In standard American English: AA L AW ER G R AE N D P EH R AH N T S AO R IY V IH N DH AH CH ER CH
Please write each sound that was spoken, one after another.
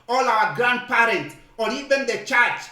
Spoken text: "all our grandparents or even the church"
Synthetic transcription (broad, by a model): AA L AW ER G R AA N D P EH R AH N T AO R IY V IH N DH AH CH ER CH